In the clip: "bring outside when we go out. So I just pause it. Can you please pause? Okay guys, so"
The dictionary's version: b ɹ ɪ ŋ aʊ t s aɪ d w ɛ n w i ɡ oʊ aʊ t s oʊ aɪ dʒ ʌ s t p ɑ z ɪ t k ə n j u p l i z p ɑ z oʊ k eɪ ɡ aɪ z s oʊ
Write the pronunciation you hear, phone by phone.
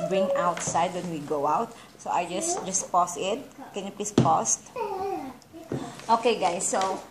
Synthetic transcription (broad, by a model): b ɹ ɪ ŋ aʊ t s aɪ d w ɛ n w i ɡ oʊ aʊ t s oʊ aɪ dʒ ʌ s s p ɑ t ɪ t k ə n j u p l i s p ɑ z oʊ k eɪ ɡ aɪ s oʊ